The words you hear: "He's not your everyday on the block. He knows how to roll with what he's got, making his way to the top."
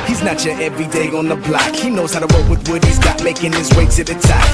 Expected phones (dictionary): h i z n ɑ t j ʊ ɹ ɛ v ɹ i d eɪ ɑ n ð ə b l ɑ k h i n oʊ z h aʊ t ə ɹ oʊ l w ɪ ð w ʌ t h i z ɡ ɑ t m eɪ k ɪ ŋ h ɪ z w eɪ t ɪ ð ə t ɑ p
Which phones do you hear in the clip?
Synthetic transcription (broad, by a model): h i z n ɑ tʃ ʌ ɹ ɛ v ɹ i d eɪ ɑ n ð ə b l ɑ k h i n oʊ z h aʊ t ə w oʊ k w ɪ ð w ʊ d h i z ɡ ɑ t m eɪ k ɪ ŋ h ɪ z w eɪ s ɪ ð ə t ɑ